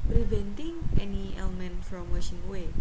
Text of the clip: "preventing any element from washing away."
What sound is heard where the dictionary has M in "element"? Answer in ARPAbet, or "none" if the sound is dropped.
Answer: M